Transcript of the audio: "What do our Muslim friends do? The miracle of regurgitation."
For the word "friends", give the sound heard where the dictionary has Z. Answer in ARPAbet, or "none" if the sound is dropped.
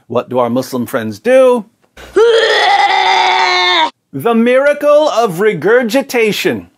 Z